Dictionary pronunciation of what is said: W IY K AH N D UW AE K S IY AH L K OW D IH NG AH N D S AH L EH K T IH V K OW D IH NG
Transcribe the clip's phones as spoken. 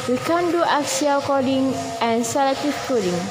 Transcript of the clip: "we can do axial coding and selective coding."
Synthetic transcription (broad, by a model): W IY K AH N D UW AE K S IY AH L K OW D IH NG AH N S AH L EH T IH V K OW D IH NG